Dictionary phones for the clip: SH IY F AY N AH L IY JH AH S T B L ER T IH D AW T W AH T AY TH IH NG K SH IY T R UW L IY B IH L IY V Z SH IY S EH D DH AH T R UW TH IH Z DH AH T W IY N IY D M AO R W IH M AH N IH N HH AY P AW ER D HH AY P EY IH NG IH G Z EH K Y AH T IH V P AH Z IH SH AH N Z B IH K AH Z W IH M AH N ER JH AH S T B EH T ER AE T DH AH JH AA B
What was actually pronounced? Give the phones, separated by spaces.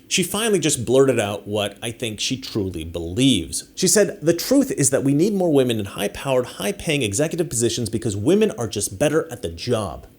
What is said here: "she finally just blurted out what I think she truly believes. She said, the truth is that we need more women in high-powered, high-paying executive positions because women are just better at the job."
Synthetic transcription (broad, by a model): SH IY F AY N L IY JH AH S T B L ER T IH D AW T W AH T AY TH IH NG K SH IY T R UW L IY B IH L IY V Z SH IY S EH D DH AH T R UW TH IH Z DH AH T W IY N IY D M AO R W IH M AH N IH N HH AY P AW ER D HH AY P EY IH NG IH G Z EH K Y AH T IH V P AH Z IH SH AH N Z B IH K AH Z W IH M AH N ER JH AH S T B EH T ER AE T DH AH JH AA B